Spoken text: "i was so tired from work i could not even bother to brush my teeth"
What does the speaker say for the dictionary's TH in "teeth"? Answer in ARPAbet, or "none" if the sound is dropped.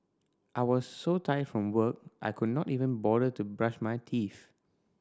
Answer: F